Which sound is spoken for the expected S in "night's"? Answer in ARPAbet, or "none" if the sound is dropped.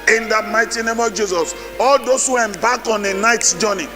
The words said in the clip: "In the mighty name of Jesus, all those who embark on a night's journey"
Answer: none